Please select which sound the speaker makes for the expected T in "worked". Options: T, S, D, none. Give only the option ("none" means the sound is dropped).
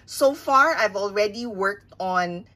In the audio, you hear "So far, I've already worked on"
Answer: T